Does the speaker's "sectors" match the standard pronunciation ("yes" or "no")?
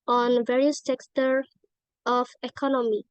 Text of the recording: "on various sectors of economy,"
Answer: no